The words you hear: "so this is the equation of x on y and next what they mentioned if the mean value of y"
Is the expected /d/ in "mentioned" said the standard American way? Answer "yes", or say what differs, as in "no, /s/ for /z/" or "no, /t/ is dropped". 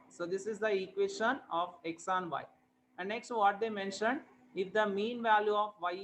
yes